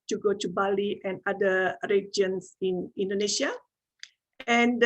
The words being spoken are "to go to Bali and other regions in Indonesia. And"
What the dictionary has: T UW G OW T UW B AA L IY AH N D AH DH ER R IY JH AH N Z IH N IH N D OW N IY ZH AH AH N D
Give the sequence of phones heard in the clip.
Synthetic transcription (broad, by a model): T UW G OW T UW B AA L IY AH N D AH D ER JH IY AH N S IH N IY N D OW N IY SH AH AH N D